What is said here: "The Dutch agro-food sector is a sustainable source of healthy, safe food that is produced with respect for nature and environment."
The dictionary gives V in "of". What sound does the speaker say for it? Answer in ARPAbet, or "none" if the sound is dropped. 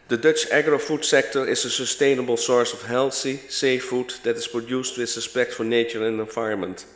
F